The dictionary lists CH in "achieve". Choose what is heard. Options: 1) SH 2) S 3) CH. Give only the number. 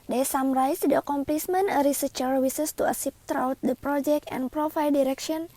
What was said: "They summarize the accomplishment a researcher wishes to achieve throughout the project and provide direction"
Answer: 2